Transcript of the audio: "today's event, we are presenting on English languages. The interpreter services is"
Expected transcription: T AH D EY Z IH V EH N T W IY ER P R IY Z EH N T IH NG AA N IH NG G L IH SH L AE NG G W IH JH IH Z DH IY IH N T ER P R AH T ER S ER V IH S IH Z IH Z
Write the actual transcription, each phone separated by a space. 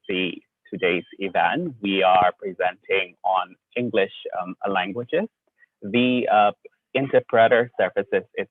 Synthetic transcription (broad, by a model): T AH D EY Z IH V EH N T W IY ER P R IY Z EH N T IH NG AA N IH NG G L IH SH L AE NG G W IH JH IH Z DH IY IH N T ER P R AH T ER S ER F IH S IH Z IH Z